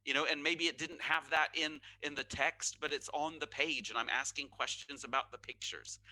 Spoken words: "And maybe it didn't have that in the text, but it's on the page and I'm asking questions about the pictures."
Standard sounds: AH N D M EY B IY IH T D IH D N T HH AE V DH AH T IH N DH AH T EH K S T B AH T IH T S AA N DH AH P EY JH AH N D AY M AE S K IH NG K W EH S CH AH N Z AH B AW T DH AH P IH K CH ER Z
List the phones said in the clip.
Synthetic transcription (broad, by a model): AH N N M EY B IY IH T D IH D N T HH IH V DH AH T IH N DH AH T EH K S T B AH T IH T S N DH AH P EY JH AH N AY M AE S K IH NG K W EH S CH AH N Z AH B AW T DH AH P IH K CH ER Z